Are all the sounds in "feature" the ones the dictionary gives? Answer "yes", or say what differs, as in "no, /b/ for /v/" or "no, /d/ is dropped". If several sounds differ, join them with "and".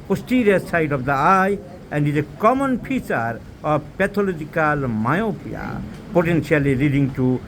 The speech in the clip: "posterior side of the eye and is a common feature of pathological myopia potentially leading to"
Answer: no, /p/ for /f/